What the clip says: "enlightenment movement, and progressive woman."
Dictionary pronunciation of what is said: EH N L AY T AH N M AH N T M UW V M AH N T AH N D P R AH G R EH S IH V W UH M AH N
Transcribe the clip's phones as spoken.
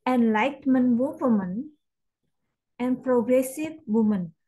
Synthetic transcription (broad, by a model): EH N L AY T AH M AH N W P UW M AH N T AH N P R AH G R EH S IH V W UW M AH N